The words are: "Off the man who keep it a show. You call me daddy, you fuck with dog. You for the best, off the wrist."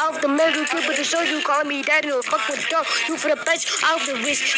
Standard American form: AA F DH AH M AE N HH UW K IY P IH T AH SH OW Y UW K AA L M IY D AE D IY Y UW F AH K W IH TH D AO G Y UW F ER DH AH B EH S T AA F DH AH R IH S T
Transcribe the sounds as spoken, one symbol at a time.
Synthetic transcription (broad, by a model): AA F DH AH M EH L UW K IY B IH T AH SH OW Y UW K AA L M IY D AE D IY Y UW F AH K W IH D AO Y UW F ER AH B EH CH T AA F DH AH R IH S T